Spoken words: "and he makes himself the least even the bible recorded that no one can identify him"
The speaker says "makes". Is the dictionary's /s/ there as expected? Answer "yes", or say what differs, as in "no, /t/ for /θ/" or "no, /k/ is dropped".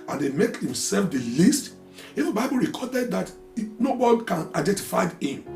no, /s/ is dropped